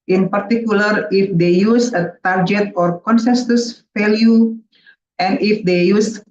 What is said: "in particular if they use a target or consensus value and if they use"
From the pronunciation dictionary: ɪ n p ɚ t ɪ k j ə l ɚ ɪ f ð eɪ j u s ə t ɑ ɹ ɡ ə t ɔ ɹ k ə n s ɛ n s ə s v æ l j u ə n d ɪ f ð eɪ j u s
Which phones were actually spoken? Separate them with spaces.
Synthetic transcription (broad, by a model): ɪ n p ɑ t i k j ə l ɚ ɪ f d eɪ j u s ə t ɑ ɹ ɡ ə t ɔ ɹ k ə n s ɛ s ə s f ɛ l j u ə n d ɪ f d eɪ j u s